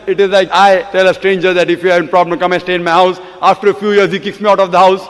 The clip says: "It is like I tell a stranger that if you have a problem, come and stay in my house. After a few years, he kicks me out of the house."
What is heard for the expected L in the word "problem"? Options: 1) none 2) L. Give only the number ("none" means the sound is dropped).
1